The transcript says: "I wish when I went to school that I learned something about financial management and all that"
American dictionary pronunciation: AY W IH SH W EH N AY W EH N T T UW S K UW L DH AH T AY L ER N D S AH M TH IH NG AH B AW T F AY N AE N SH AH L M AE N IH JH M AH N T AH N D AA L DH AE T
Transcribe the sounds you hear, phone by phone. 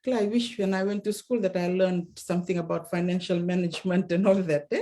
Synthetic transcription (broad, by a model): AY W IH SH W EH N AY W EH N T T UW S K UW L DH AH T AY L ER N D S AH M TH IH NG AH B AW T F AY N AE N SH AH L M AE N IH JH M AH N T AH N D AA L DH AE T